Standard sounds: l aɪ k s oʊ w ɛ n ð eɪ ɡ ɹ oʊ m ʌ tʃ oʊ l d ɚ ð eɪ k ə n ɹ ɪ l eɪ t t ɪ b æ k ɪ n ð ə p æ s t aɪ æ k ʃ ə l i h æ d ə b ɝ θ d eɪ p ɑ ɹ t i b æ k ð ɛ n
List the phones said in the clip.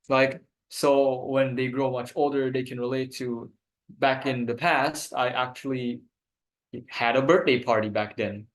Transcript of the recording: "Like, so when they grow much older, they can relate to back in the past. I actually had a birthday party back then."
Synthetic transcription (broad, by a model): l aɪ k s oʊ w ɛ n ð eɪ ɡ ɹ oʊ m ʌ tʃ oʊ l d ɚ ð eɪ k ə n ɹ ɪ l eɪ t t ɪ b æ k ɪ n ð ə p æ s t aɪ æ k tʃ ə l i h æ d ə b ɝ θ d eɪ p ɑ ɹ t i b æ k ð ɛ n